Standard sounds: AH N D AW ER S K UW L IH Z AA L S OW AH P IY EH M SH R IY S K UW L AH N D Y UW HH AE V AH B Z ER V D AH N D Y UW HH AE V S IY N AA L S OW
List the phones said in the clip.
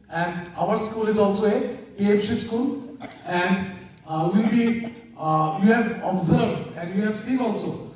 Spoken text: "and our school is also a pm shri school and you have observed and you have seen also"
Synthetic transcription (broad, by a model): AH N D AW ER S K UW L IH Z AA L S OW AH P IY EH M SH IY S K UW L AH N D Y UW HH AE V AH B Z ER V D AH N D Y UW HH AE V S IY AA L S OW